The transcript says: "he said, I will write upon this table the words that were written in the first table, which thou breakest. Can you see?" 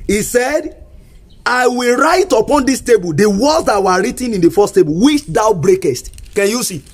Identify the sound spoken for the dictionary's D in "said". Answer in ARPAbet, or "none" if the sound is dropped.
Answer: D